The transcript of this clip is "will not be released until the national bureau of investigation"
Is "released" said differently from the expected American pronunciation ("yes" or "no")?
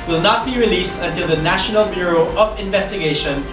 no